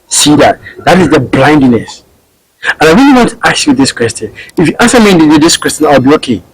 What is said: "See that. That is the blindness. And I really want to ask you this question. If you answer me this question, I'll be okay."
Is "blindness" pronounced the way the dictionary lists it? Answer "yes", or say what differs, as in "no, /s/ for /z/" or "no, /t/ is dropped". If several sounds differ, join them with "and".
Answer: yes